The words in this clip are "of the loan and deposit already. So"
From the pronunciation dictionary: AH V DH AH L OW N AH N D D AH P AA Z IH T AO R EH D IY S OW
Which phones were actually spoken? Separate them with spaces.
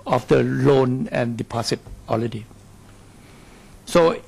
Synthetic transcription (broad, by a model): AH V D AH L OW N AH N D D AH P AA S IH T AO L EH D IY S OW